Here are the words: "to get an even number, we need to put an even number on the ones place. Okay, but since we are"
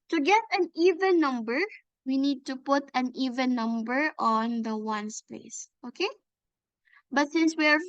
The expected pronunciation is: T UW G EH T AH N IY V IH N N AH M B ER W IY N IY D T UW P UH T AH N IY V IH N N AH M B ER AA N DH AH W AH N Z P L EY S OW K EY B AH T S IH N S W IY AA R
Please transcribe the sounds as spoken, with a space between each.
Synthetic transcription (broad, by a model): T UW G EH T AH N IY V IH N N AH M B ER W IY N IY D T UW P UH T AH N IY V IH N N AH M B ER AA N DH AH W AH N S P EY S OW K EY B AH T S IH N S W IY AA R